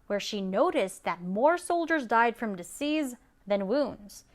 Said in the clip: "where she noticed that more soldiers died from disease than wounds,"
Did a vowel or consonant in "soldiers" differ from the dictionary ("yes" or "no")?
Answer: no